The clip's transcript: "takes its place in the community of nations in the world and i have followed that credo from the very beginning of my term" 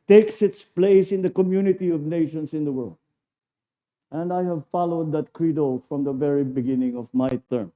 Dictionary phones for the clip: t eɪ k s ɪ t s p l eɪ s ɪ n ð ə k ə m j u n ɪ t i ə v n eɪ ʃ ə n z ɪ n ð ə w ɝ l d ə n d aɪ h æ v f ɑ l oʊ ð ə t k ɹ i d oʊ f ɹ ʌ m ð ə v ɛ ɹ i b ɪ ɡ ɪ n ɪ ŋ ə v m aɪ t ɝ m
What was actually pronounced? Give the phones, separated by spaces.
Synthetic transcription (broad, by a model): t eɪ k s ɪ t s p l eɪ s ɪ n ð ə k ə m j u n ɪ t i ə v n eɪ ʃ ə n s ɪ n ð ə w ɝ l d ə n d aɪ h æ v f ɑ l oʊ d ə t k ɹ i d oʊ f ɹ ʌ m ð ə v ɛ ɹ i b ɪ ɡ ɪ n ɪ ŋ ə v m aɪ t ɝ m